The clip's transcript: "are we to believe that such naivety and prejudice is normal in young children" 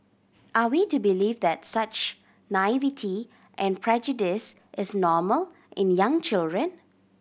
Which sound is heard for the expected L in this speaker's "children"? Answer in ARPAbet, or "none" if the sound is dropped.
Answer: L